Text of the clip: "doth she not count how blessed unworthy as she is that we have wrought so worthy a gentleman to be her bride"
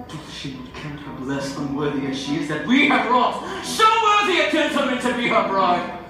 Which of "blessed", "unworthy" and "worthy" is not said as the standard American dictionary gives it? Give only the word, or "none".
blessed